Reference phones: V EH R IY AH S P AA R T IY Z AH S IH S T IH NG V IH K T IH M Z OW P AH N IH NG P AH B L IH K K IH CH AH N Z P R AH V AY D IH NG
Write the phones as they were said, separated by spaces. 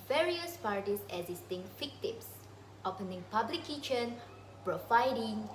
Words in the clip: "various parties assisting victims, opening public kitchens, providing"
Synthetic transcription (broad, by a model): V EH R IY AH S P AA R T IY S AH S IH S T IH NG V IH K T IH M S OW P AH N IH NG P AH B L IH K K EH SH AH N P R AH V AY D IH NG